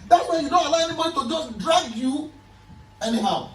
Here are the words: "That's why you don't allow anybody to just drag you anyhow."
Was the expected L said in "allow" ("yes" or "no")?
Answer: yes